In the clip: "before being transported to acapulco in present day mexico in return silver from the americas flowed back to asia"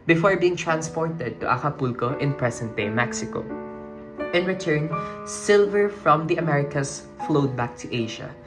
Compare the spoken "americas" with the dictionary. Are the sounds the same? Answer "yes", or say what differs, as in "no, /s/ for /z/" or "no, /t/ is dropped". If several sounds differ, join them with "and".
no, /s/ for /z/